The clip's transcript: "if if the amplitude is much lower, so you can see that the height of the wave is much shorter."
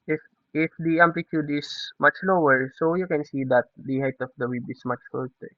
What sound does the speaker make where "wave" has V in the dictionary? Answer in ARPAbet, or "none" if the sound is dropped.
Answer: B